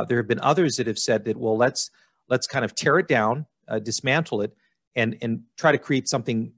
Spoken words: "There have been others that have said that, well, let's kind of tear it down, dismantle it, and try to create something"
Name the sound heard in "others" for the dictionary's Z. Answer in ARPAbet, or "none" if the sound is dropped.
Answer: Z